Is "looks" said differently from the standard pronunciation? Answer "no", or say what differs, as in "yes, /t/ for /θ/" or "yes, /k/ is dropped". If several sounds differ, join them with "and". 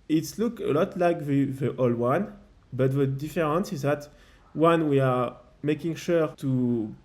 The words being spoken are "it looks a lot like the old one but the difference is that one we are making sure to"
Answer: yes, /s/ is dropped